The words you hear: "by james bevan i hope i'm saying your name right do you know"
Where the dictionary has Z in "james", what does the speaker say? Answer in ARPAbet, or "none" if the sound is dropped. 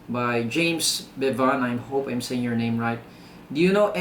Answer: S